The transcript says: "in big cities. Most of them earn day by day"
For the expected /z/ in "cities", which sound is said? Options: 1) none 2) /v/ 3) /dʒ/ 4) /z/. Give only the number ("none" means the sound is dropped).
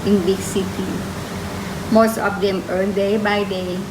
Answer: 1